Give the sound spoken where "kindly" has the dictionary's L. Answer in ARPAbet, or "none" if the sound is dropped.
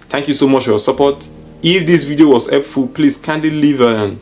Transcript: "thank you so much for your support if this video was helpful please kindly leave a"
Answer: none